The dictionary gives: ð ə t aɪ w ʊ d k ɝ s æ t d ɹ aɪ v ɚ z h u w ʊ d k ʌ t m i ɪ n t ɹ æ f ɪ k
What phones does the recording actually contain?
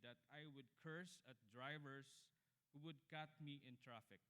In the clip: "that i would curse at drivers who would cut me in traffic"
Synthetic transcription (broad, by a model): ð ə t aɪ w ʊ d k ɝ s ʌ t d ɹ aɪ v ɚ s h u w ʊ d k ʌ t m i ɪ n t ɹ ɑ f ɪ k